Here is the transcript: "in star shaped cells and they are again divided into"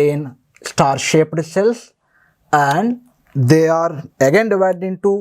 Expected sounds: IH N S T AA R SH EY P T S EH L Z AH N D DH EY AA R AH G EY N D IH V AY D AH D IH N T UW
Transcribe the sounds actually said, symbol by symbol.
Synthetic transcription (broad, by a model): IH N S T AA R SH EY P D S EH L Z AH N D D EY AA R AH G EY N D IH V AY D AH D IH N T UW